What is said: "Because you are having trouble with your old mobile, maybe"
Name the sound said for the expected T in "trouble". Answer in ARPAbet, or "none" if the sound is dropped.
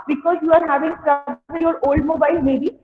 S